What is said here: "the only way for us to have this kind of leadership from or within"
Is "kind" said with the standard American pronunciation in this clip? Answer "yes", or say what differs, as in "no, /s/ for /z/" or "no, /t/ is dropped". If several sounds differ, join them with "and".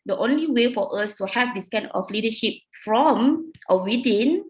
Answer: no, /d/ is dropped